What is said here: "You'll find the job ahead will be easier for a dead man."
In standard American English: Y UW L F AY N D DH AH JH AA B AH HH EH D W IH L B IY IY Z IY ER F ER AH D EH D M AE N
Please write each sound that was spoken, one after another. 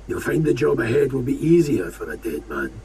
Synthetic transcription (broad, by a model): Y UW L F AY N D DH AH JH AA B AH HH EH D W IH L B IY IY Z IY ER F ER AH D EH D M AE N